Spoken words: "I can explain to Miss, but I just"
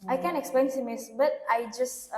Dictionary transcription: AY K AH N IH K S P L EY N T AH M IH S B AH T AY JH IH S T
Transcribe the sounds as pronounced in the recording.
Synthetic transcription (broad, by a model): AY K AH N IH K S P L EY N S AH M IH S B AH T AY JH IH S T